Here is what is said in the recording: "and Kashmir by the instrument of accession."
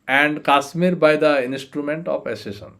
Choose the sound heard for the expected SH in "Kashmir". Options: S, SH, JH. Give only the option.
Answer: S